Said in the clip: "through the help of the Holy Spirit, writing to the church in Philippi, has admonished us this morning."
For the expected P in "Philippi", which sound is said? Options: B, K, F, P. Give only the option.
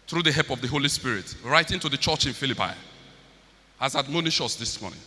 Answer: P